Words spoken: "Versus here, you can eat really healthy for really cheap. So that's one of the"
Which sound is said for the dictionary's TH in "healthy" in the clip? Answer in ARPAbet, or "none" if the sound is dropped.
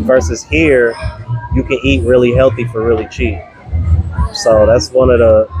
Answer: TH